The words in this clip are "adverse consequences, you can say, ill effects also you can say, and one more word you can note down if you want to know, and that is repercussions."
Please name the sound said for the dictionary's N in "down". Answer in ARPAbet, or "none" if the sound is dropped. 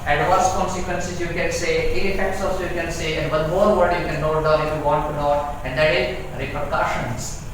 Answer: none